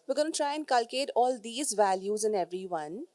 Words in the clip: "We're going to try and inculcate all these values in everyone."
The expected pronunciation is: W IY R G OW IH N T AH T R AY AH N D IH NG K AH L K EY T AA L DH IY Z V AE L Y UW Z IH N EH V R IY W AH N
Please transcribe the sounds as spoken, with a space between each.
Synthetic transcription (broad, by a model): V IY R G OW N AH T R AY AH N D K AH L K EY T AA L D IY Z V AE L Y UW Z IH N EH V R IY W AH N